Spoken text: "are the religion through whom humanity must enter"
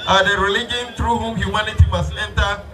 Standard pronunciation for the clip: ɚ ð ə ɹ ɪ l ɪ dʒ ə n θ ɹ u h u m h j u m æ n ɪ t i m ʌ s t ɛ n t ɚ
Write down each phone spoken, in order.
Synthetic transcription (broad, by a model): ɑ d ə ɹ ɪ l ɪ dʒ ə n t ɹ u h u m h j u m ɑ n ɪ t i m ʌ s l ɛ n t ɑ